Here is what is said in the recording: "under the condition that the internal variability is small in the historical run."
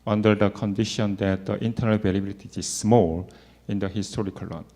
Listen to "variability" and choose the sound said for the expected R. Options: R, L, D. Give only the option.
L